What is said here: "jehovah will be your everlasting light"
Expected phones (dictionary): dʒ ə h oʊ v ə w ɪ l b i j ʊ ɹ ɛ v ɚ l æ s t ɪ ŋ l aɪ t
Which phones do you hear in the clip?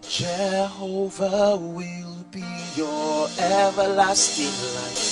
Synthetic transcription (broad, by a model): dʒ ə h oʊ v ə w ɪ l b i j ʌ ɹ ɛ v ɚ l æ s t ɪ ŋ l aɪ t